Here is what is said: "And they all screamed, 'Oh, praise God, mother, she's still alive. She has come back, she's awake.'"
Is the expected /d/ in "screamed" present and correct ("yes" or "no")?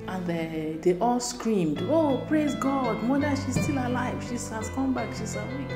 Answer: yes